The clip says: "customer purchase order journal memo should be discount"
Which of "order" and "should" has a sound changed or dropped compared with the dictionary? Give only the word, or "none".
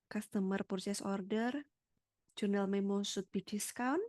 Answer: should